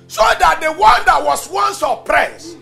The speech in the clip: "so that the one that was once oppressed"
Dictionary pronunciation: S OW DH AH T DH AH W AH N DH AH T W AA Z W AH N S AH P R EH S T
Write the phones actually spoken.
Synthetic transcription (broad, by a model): S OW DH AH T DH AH W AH N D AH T W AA S W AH N S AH P R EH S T